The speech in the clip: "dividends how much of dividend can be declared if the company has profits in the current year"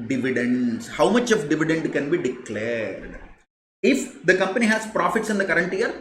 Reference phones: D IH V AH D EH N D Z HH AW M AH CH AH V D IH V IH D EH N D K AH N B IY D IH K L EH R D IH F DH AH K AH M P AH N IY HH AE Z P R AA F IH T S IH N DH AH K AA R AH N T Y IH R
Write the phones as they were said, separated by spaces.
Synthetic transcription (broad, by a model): D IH V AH D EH N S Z HH AW M AH CH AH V D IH V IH D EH N D K AH N B IY D IH K L EH R D IH F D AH K AH M P AH N IY HH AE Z P R AA F IH T S IH N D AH K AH R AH N T Y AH R